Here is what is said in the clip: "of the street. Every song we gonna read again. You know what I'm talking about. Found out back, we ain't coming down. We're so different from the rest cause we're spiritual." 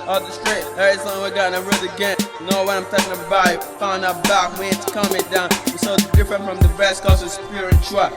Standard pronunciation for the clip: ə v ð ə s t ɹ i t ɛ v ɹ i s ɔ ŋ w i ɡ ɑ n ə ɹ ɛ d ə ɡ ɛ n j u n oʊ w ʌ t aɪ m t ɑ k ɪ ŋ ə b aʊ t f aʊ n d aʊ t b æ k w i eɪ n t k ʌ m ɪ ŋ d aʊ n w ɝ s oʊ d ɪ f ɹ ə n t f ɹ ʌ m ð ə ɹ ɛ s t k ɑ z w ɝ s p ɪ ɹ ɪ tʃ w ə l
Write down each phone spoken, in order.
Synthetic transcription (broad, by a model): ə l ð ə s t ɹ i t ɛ ɹ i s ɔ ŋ w i ɡ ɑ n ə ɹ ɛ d ə ɡ ɛ n n oʊ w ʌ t aɪ m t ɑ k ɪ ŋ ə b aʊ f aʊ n aʊ b æ k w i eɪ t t k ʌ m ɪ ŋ d aʊ n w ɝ s oʊ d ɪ f ɹ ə n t f ɹ ʌ m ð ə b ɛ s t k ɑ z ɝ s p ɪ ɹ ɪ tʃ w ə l